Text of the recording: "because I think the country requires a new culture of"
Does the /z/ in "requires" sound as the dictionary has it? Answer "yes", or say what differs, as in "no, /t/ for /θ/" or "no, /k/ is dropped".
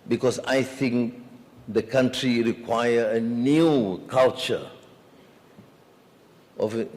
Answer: no, /z/ is dropped